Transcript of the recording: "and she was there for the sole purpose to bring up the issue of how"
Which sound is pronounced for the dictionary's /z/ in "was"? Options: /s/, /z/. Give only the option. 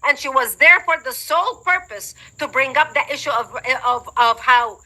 /z/